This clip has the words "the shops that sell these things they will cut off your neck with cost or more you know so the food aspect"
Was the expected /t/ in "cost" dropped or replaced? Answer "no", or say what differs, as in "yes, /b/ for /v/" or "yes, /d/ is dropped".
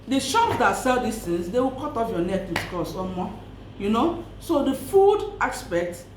yes, /t/ is dropped